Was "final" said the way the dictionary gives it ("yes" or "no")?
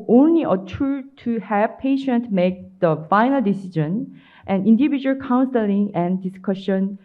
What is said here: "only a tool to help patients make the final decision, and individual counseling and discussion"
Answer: yes